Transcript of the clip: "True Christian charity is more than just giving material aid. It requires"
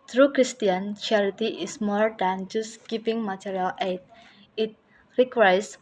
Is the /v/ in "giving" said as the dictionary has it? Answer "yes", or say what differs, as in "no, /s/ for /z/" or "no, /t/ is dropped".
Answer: no, /p/ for /v/